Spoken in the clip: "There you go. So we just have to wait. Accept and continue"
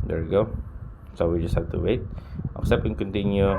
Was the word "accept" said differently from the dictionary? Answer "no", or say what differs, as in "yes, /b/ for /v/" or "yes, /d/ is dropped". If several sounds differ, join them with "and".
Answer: yes, /t/ is dropped